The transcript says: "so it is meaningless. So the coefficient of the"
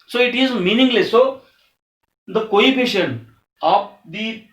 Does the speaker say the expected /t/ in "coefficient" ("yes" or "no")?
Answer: no